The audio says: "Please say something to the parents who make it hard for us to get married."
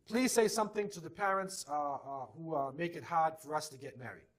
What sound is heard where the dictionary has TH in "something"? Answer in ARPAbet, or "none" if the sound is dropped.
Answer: TH